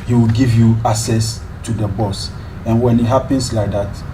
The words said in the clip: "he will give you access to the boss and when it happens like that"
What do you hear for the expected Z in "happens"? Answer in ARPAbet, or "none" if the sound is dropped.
S